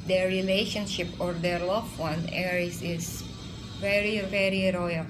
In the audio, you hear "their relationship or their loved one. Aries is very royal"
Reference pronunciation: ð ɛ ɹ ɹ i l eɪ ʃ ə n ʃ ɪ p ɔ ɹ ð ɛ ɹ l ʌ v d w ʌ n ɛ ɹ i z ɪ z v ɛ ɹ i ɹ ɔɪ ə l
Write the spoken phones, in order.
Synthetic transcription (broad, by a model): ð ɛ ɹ ɹ i l eɪ ʃ ə n ʃ ɪ p ɔ ɹ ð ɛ ɹ l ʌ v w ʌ n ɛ ɹ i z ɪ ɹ v ɛ ɹ i ɹ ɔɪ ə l